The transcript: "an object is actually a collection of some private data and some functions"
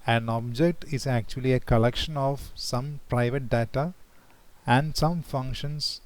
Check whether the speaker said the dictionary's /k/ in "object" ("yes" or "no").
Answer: yes